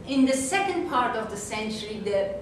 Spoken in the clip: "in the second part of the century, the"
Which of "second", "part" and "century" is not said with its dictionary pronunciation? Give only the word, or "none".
none